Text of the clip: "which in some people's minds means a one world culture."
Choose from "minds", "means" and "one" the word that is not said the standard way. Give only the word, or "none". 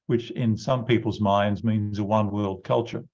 none